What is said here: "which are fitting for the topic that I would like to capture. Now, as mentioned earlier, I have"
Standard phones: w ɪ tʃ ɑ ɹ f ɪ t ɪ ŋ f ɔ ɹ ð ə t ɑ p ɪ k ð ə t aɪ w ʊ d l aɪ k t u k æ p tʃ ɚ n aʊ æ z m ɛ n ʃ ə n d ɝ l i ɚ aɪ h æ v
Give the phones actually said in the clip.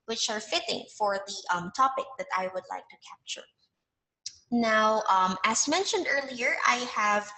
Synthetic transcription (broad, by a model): w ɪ tʃ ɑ ɹ f ɪ t ɪ ŋ f ɔ ɹ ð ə t ɑ p ɪ k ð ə t aɪ w ʊ d l aɪ k t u k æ p tʃ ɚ n aʊ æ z m ɛ n ʃ ə n d ɝ l i ɚ aɪ h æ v